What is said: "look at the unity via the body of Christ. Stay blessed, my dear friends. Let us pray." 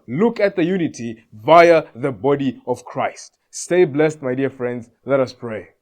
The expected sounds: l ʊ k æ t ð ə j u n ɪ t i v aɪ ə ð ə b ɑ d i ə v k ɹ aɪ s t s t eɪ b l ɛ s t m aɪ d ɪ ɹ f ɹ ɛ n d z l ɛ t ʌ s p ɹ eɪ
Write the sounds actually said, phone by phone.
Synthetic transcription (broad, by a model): l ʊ k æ t ð ə j u n ɪ t i v aɪ ə ð ə b ɑ d i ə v k ɹ aɪ s t s t eɪ b l ɛ s t m aɪ d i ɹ f ɹ ɛ n d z l ɛ t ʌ s p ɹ eɪ